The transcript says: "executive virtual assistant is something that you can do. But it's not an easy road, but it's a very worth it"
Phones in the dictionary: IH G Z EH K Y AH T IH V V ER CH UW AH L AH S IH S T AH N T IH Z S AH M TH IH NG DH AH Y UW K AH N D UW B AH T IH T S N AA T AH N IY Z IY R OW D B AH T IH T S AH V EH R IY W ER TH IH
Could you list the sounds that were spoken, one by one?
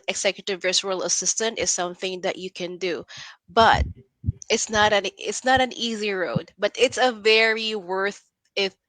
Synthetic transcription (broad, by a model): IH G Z EH K Y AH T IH V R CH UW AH L AH S IH S T AH N T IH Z S AH M TH IH NG DH AH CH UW K AH N D UW B AH T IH T S N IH T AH N IY Z IY R OW D B AH T IH T S AH V EH R IY W ER TH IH